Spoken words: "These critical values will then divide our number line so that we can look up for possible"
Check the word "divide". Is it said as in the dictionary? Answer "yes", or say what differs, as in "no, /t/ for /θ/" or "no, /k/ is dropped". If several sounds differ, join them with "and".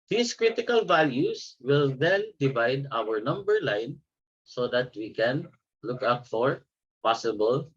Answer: yes